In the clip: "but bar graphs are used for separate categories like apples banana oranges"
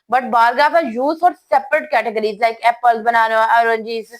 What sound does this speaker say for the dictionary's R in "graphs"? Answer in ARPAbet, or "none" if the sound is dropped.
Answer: none